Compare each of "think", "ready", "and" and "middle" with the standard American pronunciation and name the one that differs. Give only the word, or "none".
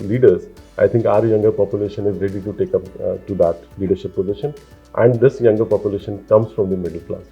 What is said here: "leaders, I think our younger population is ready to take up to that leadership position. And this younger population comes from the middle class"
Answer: think